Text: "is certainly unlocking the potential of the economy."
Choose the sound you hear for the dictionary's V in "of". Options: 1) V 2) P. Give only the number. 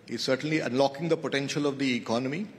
1